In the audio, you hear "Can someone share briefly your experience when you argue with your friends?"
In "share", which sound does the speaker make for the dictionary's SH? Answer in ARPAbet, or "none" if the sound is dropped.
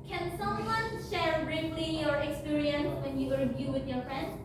SH